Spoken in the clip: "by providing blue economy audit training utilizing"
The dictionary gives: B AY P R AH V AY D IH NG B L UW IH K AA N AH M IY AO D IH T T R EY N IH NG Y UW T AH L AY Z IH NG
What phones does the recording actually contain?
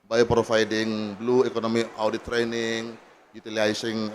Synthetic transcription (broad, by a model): B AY P R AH F AY D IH NG B L UW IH K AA N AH M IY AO D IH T T R EY N IH NG Y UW T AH L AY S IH NG